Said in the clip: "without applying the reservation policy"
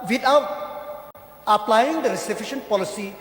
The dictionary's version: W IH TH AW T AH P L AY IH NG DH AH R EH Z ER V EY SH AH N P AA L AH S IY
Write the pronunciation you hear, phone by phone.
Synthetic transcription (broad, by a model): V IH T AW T AH P L AY IH NG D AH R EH S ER F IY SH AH N P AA L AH S IY